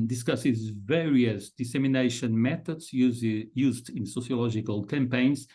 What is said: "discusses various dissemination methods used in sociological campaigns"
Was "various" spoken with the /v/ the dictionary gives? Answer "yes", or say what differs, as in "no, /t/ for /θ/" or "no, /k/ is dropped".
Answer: yes